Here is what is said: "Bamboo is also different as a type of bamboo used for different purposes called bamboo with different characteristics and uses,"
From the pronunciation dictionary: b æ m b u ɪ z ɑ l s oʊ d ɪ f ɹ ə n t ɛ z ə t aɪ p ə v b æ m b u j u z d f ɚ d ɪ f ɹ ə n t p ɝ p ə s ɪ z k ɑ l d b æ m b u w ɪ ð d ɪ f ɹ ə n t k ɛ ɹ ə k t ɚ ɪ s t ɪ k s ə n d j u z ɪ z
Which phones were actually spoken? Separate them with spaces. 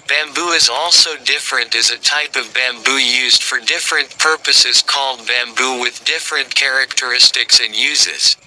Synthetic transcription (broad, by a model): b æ m b u ɪ z ɑ l s oʊ d ɪ f ɹ ə n t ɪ z ə t aɪ p ə v b æ m b u j u z d f ɚ d ɪ f ɹ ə n p ɝ p ə s ɪ z k ɑ l d b æ m b u w ɪ ð d ɪ f ɹ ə n k ɛ ɹ ə k t ɚ ɪ s t ɪ k s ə n j u z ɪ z